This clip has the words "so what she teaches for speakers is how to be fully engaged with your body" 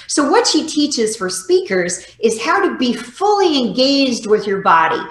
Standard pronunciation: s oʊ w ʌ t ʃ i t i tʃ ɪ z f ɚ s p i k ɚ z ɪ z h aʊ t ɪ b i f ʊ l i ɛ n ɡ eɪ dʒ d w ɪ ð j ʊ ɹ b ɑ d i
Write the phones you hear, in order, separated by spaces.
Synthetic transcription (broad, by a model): s oʊ w ʌ t ʃ i t i tʃ ɪ z f ɚ s p i k ɚ z ɪ z h aʊ t ɪ b i f ʊ l i ɛ n ɡ eɪ dʒ d w ɪ ð j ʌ ɹ b ɑ d i